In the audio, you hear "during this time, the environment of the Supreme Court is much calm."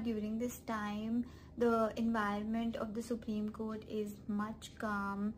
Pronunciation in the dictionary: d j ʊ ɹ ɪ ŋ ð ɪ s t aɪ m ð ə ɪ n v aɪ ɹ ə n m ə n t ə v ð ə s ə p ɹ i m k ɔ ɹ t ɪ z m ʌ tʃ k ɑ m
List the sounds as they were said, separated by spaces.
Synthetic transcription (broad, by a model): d j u ɹ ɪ ŋ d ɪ s t aɪ m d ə ɪ n v aɪ ɹ ə n m ə n t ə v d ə s ə p ɹ i m k ɔ ɹ t ɪ z m ʌ tʃ k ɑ m